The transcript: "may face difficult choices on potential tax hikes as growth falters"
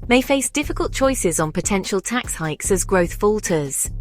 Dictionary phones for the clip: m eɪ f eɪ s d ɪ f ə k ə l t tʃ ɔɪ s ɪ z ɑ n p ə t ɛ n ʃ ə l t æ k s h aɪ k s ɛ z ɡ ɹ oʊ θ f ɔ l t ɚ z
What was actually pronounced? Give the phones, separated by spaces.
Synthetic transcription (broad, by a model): m eɪ f eɪ s d ɪ f ə k ə l t tʃ ɔɪ s ɪ z n p ə t ɛ n ʃ ə l t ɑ k s h aɪ k s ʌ z ɡ ɹ oʊ θ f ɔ l t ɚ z